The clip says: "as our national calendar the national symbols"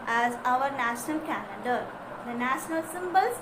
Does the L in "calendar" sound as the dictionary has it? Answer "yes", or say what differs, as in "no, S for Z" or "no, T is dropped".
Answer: no, N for L